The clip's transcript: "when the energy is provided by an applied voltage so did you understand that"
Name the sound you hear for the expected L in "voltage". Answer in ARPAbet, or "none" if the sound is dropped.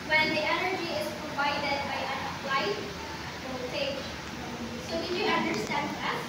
none